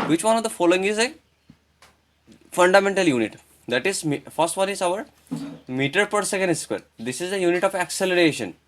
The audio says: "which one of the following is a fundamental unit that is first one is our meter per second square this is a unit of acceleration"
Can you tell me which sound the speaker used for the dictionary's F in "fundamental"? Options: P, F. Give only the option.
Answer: F